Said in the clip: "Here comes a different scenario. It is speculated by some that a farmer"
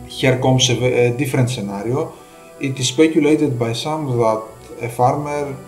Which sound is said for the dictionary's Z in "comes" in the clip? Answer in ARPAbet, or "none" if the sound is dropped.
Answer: S